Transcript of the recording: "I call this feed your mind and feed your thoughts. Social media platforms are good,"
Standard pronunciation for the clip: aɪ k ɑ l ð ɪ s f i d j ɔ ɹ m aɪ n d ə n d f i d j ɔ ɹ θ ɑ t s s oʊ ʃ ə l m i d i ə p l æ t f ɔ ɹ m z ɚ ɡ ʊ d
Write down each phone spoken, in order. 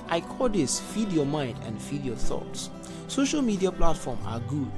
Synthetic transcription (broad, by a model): aɪ k ɑ l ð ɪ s f i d j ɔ m aɪ n d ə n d f i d j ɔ θ ɑ t s s oʊ ʃ ə l m i d i ə p l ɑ t f ɔ m ɑ ɡ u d